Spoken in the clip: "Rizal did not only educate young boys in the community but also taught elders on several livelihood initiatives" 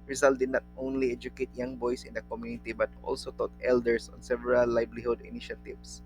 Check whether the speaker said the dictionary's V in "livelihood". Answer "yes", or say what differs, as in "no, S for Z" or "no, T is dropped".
no, B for V